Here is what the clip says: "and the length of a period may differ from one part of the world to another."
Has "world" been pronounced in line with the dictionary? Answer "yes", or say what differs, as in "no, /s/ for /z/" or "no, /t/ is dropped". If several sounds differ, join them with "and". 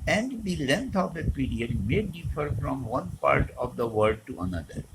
no, /l/ is dropped